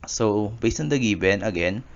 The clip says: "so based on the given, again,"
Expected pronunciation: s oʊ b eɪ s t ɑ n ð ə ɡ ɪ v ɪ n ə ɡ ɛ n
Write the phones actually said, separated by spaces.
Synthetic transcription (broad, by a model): s oʊ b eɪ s ʌ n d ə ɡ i b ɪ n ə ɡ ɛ n